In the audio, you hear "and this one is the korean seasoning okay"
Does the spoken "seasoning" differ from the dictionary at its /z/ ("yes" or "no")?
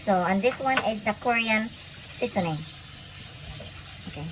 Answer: yes